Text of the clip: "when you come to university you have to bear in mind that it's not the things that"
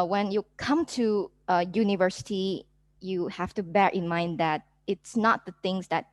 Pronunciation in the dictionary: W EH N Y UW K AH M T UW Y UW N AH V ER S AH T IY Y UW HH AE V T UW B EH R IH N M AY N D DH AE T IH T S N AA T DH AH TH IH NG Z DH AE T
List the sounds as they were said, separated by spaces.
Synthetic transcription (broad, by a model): W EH N Y UW K AH M T UW Y UW N AH V ER S AH T IY Y UW HH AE F T UW B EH R IH N M AY N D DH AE T IH T S N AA T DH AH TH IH NG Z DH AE T